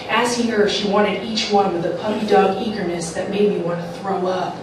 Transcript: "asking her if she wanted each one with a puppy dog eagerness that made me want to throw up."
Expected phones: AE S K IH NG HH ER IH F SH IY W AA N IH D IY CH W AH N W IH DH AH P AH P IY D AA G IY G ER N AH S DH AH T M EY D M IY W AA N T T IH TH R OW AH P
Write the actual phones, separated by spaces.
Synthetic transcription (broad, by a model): AE S K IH NG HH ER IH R SH IY W AA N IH D IY CH W AH N W IH DH AH P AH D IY D AA G IY G ER N AH S DH AH T M EY D M IY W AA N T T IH TH R OW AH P